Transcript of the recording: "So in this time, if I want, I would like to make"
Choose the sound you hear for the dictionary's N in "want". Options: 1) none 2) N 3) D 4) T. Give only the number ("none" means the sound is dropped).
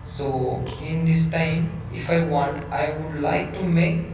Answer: 2